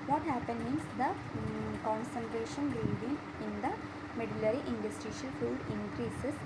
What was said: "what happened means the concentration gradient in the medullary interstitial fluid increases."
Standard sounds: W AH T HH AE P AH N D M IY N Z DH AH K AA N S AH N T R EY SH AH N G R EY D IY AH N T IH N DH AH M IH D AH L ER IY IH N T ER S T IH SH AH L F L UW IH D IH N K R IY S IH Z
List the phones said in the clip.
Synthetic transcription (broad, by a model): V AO T HH AE P AH N D M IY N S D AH K AA N S AH N T R EY SH AH N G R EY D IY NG IH N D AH M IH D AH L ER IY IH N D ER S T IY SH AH L F UW D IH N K R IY S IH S